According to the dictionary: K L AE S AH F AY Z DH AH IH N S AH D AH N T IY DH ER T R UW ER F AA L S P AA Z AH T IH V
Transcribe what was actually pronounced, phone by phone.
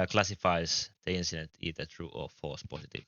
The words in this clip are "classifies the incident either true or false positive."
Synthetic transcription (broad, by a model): K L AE S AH F AY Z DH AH IH N S AH D AH N T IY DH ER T R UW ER F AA S P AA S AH T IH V